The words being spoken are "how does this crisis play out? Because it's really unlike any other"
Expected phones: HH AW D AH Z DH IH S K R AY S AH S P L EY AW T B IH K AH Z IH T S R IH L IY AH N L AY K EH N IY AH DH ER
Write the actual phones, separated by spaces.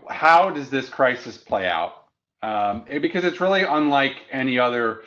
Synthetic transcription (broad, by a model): HH AW D AH Z DH IH S K R AY S AH S P L EY AW T B IH K AH Z IH T S R IH L IY AH N L AY K EH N IY AH DH ER